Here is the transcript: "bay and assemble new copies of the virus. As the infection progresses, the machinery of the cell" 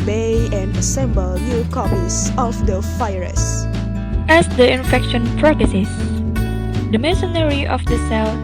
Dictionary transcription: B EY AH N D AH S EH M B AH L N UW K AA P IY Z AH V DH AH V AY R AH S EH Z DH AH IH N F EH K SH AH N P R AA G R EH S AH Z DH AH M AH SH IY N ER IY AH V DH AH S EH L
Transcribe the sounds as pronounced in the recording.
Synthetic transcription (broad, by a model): B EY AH N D AH S EH M B AH L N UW K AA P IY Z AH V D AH F AY R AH S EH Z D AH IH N F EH K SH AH N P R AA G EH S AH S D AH M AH S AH N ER IY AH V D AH S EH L